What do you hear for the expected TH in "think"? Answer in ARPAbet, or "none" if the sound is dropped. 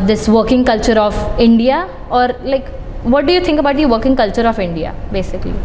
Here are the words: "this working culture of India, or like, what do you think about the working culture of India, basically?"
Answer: T